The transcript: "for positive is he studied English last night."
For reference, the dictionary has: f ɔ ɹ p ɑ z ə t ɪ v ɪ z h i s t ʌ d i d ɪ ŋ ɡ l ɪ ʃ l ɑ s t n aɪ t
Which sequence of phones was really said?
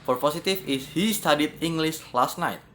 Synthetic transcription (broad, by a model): f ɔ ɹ p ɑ s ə t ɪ f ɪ s h i s t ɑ d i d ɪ ŋ ɡ l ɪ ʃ l ɑ s t n aɪ t